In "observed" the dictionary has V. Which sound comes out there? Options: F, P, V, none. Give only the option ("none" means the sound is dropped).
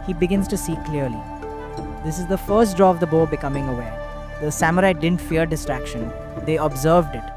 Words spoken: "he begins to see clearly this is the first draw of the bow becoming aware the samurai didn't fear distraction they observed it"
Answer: V